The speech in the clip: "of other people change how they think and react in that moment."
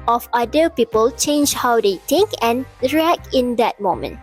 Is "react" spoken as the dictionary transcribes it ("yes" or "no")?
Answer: no